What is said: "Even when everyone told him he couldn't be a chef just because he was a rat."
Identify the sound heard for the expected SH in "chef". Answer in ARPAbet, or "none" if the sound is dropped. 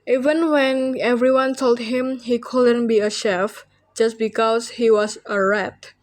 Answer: SH